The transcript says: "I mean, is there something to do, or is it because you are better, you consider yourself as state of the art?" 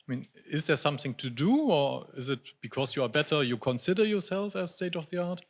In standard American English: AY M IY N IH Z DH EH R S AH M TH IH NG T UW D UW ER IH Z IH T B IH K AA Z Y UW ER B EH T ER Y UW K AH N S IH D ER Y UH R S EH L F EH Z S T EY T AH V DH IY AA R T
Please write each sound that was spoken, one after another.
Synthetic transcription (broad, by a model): AY M IY N IH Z DH EH R S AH M TH IH NG T UW D UW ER IH Z IH T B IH K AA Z Y UW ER B EH T ER Y UW K AH N S IH D ER Y UH R S EH L F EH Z S T EY T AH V DH IY AA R T